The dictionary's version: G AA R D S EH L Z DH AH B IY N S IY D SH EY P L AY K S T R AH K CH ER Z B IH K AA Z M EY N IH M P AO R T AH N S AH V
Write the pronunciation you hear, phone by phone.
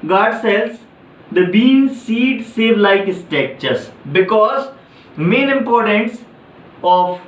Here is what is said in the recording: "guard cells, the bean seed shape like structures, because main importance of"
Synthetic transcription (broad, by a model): G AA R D S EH L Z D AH B IY N S IY D S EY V L AY K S T EH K CH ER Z B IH K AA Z M EY N IH M P AO R T AH N S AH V